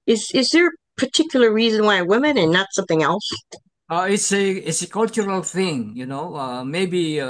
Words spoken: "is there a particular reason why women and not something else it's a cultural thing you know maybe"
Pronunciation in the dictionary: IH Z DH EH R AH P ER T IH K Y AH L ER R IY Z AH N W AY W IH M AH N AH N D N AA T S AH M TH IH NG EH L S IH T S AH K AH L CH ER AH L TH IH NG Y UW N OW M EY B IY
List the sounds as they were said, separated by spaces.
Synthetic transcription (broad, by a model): IH Z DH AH R AH P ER T IH K Y L ER R IY Z AH N W AY W IH M AH N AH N N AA T S AH M TH IH NG EH L S IH T S AH K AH L CH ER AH L TH IH NG Y UW N OW M EY B IY